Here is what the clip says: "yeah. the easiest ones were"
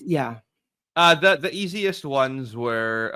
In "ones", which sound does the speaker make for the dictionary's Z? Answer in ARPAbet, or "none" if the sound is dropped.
Z